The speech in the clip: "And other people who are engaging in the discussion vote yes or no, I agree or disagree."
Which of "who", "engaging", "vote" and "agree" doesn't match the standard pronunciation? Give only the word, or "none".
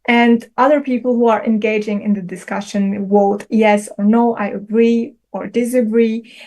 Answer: vote